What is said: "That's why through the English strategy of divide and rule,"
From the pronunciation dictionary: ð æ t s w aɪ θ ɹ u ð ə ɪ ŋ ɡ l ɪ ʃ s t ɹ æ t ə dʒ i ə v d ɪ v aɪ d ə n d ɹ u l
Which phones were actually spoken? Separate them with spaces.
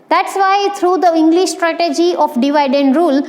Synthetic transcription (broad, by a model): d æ t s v aɪ t ɹ u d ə ɪ ŋ ɡ l ɪ ʃ s t ɹ æ t ə dʒ i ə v d ɪ v aɪ d ə n d ɹ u l